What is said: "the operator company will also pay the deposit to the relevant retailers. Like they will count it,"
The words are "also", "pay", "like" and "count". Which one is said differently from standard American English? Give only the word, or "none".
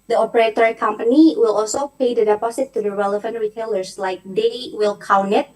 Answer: count